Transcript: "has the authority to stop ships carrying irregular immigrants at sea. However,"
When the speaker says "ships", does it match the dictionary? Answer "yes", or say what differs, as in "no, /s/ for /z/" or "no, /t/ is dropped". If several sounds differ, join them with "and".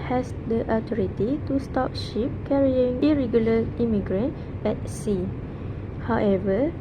no, /s/ is dropped